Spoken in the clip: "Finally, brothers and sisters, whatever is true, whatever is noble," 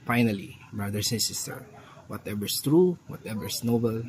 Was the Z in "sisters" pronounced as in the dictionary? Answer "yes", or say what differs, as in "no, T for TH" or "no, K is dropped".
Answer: no, Z is dropped